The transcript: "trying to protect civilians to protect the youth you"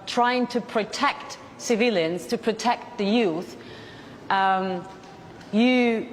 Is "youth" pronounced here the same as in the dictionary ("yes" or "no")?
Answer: yes